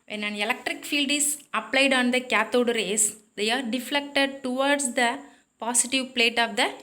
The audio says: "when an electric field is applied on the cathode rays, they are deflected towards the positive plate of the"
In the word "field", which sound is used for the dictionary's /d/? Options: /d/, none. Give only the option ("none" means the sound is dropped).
/d/